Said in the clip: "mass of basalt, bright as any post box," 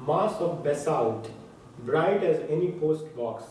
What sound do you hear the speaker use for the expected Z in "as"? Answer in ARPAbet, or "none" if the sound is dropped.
Z